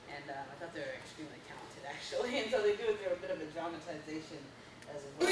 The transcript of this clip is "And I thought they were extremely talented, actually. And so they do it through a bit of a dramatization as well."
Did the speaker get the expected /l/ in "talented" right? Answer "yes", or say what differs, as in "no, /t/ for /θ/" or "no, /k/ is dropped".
no, /l/ is dropped